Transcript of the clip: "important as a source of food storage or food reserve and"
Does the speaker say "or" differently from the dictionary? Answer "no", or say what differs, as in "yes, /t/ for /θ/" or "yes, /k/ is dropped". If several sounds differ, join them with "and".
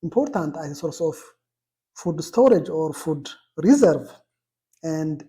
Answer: no